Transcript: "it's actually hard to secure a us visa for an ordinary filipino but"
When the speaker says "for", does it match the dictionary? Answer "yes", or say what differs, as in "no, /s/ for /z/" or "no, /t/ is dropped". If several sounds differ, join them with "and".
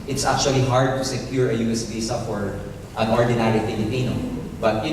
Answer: no, /p/ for /f/